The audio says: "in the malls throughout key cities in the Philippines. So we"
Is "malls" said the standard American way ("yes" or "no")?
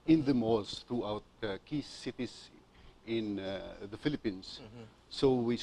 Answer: no